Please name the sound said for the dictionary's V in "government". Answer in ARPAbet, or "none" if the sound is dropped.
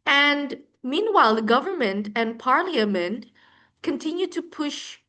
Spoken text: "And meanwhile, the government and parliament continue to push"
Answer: V